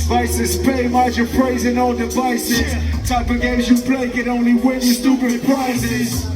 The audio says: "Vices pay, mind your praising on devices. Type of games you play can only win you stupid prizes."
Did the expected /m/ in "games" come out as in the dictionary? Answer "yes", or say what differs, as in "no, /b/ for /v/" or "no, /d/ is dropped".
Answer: no, /m/ is dropped